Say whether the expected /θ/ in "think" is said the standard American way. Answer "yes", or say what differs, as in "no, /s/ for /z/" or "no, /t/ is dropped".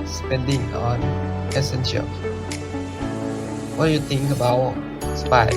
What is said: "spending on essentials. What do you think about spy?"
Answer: no, /t/ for /θ/